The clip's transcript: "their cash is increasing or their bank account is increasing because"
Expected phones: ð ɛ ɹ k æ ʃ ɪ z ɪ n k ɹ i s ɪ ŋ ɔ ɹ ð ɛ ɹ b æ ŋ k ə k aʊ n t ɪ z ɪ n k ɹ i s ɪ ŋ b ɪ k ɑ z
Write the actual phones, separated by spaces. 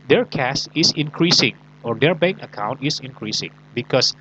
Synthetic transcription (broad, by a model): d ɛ ɹ k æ s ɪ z ɪ n k ɹ i s ɪ ŋ ɔ ɹ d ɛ ɹ b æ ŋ k ə k aʊ n t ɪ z ɪ n k ɹ i s ɪ ŋ b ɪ k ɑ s